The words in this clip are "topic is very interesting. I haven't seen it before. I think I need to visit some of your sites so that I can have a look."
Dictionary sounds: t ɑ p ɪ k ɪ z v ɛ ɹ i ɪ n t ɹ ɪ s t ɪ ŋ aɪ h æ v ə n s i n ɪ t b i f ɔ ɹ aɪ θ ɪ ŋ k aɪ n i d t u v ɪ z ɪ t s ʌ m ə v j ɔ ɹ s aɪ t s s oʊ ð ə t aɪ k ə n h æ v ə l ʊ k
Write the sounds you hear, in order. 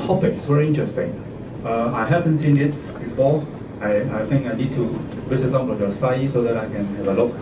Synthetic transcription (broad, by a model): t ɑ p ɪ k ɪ s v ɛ ɹ i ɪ n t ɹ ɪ s t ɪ ŋ aɪ h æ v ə n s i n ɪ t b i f ɔ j aɪ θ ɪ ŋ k aɪ n i d t u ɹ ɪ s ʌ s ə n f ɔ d s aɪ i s s oʊ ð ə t aɪ k ə n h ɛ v ə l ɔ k